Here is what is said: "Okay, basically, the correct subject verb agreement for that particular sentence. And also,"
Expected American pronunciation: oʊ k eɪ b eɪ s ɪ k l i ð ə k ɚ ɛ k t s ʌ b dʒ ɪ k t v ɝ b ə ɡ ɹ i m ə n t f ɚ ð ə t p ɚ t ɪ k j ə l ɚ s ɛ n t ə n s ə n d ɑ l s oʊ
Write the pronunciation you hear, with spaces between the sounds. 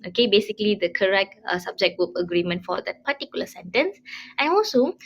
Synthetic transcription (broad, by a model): oʊ k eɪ b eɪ s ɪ k l i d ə k ɚ ɛ k t s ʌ b dʒ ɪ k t w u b ə ɡ ɹ i m ə n t f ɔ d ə t p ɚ t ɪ k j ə l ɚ s ɛ n t ə n s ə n ɑ l s oʊ